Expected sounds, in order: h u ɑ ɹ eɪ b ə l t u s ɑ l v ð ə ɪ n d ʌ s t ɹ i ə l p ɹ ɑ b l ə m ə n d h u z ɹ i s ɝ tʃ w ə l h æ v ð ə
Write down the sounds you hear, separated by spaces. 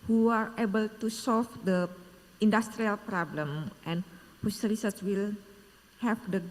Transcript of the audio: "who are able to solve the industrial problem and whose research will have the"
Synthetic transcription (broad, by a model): h u ɑ ɹ eɪ b ə l t u s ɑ l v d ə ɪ n d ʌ s t ɹ i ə l p ɹ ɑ b l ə m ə n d h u s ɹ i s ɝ s w ə l h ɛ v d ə